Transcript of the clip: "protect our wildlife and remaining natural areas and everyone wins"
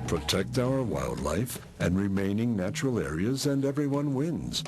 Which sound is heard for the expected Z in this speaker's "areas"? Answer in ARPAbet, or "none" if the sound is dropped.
Z